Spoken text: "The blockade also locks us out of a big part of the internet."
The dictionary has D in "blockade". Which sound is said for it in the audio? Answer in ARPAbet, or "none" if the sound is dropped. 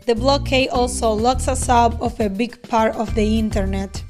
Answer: none